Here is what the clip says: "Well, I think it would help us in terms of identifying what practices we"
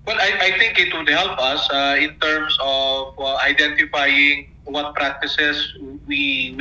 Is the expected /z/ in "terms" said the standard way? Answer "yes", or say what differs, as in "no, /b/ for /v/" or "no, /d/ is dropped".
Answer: no, /s/ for /z/